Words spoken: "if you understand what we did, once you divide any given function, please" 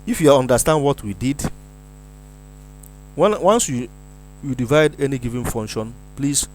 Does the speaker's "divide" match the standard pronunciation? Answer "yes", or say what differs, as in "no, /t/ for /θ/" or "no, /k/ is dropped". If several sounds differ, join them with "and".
yes